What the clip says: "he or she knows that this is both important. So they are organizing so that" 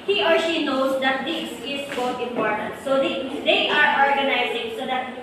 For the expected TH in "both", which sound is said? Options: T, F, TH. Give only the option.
T